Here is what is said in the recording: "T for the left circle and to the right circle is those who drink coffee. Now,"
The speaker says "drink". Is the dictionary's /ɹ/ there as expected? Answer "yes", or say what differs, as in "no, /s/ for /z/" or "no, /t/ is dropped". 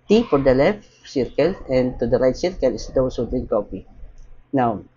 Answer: no, /l/ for /ɹ/